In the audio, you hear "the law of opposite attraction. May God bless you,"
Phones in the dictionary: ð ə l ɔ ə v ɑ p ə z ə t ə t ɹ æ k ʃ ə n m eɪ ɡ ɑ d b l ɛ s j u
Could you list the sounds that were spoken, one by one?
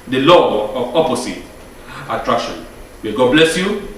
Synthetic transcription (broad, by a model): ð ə l ɔ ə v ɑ p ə s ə t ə t ɹ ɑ k ʃ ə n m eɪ ɡ ɑ d b l ɛ s j u